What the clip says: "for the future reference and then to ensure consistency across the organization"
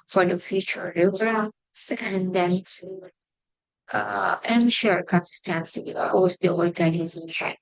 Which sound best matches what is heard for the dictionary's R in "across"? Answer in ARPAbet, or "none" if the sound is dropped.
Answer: none